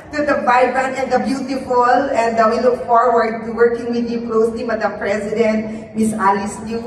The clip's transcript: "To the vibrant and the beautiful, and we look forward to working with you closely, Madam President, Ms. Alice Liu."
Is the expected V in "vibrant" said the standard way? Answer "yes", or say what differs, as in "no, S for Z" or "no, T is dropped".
no, B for V